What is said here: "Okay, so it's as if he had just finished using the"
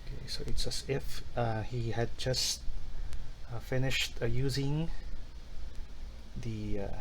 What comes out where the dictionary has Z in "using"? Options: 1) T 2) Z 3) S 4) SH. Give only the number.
2